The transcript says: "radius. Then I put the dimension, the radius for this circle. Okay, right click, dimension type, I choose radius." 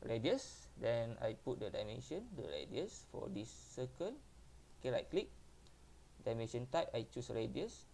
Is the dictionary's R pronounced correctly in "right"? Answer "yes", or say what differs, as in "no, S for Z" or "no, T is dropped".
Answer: no, L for R